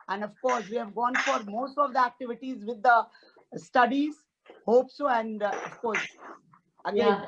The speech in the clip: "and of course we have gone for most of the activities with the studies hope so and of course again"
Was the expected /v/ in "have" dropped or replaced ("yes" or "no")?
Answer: no